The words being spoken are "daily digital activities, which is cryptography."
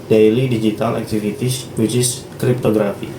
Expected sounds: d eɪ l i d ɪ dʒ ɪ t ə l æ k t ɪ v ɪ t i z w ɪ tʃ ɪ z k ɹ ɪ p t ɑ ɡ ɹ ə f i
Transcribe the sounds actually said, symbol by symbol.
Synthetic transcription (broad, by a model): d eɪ l i d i dʒ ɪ t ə l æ k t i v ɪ t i s w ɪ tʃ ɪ s k ɹ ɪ p t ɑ ɡ ɹ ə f i